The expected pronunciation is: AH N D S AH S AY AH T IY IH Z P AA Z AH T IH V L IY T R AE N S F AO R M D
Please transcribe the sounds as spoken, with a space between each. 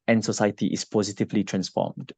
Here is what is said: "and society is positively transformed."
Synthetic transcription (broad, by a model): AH N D S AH S AY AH T IY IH S P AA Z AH T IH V L IY T R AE N S F AO M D